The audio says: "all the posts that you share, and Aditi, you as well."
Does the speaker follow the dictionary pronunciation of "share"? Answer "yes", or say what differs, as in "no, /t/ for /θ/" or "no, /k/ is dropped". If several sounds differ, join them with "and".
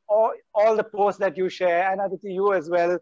yes